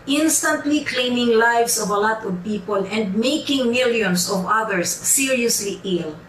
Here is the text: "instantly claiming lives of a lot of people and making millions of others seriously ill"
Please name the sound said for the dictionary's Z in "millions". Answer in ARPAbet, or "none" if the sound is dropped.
S